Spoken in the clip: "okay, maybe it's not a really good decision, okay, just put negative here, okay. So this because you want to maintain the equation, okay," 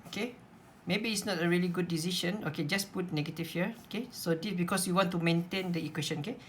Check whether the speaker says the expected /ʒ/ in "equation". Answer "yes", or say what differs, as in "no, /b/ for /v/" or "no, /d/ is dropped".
no, /ʃ/ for /ʒ/